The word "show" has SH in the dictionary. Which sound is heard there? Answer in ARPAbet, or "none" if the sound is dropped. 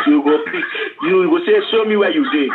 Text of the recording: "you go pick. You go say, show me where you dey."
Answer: S